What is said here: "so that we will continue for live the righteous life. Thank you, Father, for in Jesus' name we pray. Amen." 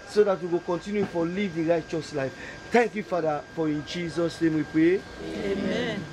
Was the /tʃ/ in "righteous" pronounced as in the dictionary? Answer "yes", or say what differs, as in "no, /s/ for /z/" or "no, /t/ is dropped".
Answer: yes